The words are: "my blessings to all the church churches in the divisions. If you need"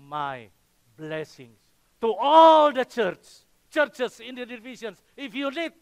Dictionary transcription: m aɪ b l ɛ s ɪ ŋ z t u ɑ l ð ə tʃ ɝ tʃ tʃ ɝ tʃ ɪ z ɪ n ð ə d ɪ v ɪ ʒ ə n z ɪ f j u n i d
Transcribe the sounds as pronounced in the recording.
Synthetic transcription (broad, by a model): m aɪ b l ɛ s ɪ ŋ s t u ɑ l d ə tʃ ɝ tʃ tʃ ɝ tʃ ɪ s ɪ n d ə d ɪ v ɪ ʃ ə n s ɪ f j u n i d